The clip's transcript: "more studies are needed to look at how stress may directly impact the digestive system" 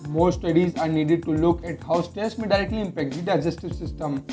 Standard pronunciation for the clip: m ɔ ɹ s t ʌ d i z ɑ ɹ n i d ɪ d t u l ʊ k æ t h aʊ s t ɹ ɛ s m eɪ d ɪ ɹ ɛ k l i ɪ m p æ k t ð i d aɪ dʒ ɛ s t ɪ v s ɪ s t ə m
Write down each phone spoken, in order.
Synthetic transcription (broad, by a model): m ɔ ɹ s t ʌ d i z ɑ ɹ n i d ɪ d t u l ʊ k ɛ t h aʊ s t ɛ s m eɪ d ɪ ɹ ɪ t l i ɪ m p æ k t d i d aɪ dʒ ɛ s t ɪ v s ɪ s t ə m